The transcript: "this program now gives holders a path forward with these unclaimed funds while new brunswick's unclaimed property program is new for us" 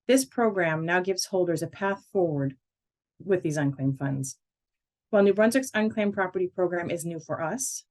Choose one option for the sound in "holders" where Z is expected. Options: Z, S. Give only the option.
Z